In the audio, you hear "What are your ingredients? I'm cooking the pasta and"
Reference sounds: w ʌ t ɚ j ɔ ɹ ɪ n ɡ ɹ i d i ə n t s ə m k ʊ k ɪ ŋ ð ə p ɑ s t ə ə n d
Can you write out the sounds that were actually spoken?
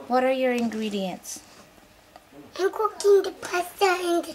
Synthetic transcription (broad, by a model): w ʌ t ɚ j ɔ ɹ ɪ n ɡ ɹ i d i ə n t s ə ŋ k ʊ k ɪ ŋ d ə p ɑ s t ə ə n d